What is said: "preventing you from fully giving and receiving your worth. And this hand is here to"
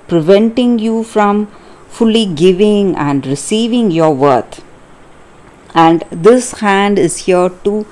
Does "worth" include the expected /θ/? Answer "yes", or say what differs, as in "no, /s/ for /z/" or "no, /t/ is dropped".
no, /t/ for /θ/